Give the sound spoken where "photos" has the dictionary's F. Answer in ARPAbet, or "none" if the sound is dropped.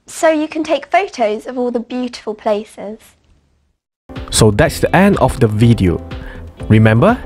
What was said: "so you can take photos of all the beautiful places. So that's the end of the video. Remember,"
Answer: F